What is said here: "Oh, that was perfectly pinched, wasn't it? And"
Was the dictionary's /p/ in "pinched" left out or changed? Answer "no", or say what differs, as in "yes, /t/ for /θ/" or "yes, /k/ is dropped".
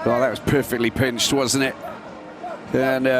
no